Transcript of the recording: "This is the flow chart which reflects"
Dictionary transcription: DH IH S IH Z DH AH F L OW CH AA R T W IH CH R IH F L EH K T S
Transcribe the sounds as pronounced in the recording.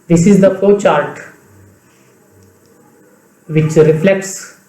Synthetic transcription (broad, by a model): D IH S IH Z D AH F OW CH AA R T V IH CH R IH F L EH K T S